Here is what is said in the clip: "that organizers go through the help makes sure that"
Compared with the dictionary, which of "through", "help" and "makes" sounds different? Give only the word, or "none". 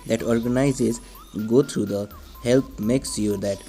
through